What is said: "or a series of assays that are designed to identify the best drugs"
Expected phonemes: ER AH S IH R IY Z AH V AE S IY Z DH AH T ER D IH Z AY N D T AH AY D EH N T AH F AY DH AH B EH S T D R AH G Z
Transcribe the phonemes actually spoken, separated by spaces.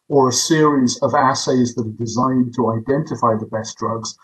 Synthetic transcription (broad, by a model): ER AH S IH R IY Z AH V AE S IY Z DH AH T ER D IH Z AY N T AH AY D EH N T AH F AY DH AH B EH S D R AH G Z